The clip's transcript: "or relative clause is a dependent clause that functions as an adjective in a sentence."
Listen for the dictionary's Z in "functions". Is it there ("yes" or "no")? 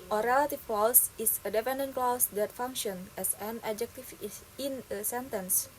no